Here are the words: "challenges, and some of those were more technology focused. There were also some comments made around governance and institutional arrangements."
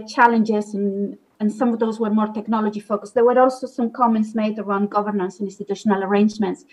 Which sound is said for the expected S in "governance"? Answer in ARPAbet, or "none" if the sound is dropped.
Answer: S